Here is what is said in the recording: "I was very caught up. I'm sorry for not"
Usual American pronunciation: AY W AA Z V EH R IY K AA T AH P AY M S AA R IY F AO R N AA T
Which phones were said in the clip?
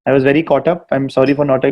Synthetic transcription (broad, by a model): AY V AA Z V EH R IY K AA T AH P AY M S AA R IY F AO R N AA T